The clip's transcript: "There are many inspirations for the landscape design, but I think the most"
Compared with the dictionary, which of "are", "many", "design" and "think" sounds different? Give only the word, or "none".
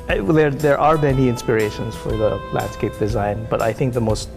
none